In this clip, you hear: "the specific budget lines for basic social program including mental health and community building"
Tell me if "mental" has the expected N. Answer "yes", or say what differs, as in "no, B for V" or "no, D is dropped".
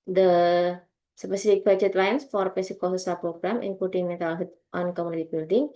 no, N is dropped